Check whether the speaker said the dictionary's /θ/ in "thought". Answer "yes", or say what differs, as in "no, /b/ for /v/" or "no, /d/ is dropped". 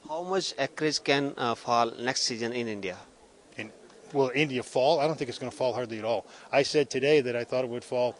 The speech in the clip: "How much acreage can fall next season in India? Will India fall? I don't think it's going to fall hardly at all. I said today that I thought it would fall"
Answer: yes